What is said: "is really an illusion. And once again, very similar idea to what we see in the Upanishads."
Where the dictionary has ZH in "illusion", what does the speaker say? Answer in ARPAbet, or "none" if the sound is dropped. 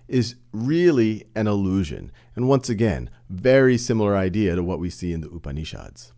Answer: ZH